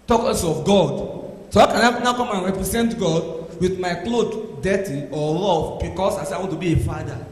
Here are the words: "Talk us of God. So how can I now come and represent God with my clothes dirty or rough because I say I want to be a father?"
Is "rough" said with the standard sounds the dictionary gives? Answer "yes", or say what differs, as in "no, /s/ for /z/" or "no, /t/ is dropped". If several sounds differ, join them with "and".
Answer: no, /l/ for /ɹ/